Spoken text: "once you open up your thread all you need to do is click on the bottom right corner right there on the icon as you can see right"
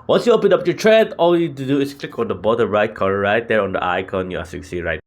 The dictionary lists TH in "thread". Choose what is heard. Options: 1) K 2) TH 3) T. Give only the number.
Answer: 3